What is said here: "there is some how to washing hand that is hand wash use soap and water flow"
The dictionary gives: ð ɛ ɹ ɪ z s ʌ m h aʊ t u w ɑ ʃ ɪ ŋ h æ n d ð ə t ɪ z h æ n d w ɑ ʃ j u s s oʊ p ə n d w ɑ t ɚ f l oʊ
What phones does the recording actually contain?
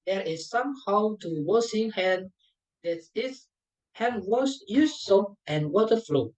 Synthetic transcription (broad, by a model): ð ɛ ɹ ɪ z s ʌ m h aʊ t u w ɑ s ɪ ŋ h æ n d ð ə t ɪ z h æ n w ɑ s j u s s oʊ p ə n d w ɑ t ɚ f l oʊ